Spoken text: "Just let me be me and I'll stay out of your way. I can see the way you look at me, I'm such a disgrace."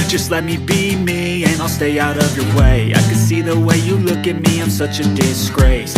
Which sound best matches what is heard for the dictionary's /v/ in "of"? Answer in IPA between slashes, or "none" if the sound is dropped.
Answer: /v/